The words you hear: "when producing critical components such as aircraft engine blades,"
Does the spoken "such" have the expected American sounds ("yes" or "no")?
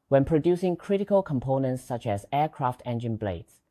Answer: yes